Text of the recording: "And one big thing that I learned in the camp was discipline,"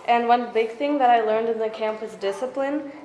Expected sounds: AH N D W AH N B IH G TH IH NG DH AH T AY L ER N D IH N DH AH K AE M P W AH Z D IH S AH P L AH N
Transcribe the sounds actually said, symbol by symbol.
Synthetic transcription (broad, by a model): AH N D W AH N B IH G TH IH NG DH AH T AY L ER N D IH N DH AH K AE M P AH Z D IH S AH P L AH N